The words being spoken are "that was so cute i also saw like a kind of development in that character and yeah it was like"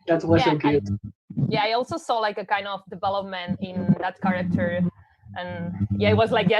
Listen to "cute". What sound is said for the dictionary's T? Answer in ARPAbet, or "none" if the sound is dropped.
none